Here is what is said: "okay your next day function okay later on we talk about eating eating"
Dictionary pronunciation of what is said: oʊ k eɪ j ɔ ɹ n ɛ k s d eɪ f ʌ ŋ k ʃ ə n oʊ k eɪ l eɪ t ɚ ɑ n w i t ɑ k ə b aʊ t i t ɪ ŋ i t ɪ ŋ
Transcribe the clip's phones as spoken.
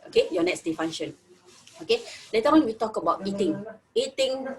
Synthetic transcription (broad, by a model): oʊ k eɪ j ɔ n ɛ k s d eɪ f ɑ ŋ ʃ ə n oʊ k eɪ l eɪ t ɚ ɑ n w i t ɑ k ə b aʊ t i t ɪ ŋ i t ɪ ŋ